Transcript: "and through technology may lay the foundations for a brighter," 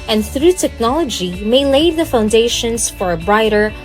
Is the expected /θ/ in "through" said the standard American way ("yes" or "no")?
yes